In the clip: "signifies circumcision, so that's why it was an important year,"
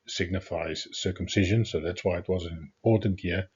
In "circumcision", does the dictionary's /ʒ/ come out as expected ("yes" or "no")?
yes